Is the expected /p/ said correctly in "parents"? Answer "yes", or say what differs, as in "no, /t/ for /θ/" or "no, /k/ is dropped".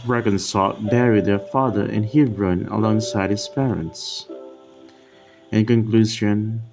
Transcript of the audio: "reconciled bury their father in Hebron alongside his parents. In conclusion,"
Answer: yes